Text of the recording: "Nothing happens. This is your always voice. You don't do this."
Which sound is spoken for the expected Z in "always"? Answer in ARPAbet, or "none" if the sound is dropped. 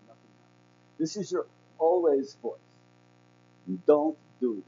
Z